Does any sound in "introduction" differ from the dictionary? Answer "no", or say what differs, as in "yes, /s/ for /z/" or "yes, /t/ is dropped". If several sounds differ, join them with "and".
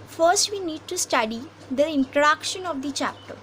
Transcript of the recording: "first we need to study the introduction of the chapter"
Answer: yes, /ɹ/ is dropped